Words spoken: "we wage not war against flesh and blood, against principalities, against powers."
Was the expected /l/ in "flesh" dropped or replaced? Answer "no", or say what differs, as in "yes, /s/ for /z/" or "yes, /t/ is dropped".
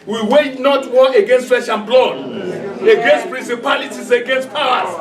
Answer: yes, /l/ is dropped